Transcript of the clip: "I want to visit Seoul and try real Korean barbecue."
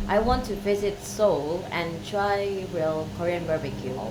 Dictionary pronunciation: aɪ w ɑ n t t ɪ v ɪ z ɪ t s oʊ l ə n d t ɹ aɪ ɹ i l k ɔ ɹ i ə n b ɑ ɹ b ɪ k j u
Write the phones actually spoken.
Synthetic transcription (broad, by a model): aɪ w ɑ n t t ɪ v ɪ z ɪ t s oʊ l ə n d t ɹ aɪ w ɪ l k ɔ ɹ i ə n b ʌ ɹ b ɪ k j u